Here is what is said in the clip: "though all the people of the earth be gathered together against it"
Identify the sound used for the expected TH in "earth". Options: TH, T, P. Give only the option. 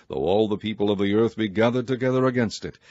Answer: TH